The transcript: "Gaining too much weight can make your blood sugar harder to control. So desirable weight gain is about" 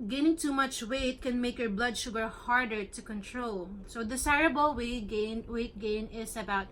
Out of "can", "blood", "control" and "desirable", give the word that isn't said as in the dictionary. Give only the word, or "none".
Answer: desirable